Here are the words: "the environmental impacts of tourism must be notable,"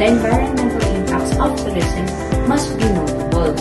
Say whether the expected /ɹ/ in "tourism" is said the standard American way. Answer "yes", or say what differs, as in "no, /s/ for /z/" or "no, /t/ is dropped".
no, /l/ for /ɹ/